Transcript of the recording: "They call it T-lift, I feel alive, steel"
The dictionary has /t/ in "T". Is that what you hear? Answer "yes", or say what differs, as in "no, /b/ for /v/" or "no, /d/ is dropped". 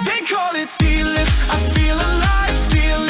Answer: no, /s/ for /t/